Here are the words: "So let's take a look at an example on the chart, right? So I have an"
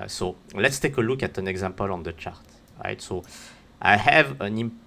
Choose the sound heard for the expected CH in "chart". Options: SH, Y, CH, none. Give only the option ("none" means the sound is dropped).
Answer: CH